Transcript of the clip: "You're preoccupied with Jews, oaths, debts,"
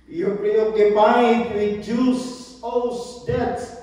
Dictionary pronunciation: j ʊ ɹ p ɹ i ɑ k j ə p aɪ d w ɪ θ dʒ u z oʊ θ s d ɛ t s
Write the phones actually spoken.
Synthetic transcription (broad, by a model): j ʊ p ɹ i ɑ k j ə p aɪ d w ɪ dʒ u s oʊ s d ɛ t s